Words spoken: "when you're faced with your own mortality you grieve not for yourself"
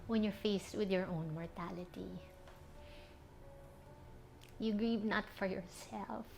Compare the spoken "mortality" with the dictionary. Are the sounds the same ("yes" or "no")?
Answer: yes